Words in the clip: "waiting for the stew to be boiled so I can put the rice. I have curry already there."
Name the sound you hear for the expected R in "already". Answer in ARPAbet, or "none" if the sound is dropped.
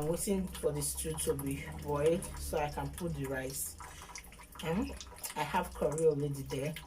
L